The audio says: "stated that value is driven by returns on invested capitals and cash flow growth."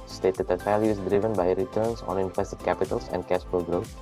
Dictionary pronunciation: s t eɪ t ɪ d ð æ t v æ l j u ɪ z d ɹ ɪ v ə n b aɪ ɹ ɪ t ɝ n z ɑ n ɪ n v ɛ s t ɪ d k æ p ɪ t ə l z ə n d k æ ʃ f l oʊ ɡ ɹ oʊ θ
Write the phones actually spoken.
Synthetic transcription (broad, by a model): s t eɪ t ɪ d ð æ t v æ l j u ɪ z d ɹ ɪ v ə n b aɪ ɹ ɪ t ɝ n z ɑ n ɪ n f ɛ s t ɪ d k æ p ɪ t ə l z ə n d k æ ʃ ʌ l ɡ ɹ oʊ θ